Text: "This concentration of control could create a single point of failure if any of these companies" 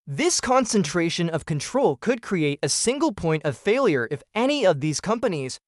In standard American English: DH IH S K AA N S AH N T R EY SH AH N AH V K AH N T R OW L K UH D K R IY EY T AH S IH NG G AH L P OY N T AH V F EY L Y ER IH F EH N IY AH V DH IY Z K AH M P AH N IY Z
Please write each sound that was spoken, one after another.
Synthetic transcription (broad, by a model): DH IH S K AA N S AH N T R EY SH AH N AH V K AH N T R OW L K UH D K R IY EY T AH S IH NG G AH L P OY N T AH V F EY L Y ER IH F EH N IY AH V DH IY Z K AH M P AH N IY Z